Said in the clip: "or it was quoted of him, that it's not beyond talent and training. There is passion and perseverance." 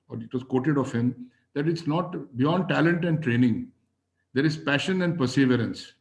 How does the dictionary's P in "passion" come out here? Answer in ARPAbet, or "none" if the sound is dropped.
P